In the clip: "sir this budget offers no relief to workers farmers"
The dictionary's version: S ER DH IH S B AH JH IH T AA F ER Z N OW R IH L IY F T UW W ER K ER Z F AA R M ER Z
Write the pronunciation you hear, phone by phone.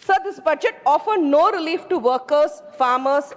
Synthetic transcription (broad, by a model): S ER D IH S B AH JH IH T AA F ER N OW R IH L IY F T UW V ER K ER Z F AA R M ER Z